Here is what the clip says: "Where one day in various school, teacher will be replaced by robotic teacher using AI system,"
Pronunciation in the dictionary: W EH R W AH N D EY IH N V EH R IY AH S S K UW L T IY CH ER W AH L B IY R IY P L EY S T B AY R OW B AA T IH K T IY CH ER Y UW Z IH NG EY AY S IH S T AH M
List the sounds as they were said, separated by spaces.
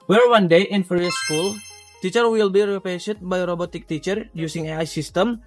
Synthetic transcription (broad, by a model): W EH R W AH N D EY IH N F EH R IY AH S S K UW L T IY CH ER W AH L B IY R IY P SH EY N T B AY R OW B AA T IH K T IY CH ER Y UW S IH NG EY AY S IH S T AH M